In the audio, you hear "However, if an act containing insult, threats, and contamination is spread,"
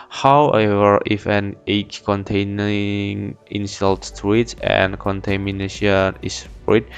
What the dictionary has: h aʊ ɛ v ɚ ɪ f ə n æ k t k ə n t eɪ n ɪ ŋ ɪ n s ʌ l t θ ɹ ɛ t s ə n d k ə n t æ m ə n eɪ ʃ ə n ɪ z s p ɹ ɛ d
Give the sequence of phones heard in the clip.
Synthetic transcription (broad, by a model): h aʊ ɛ v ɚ ɪ f ə n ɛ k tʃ k ə n t eɪ n ɪ ŋ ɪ n s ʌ l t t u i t ə n k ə n t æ m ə n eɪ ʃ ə n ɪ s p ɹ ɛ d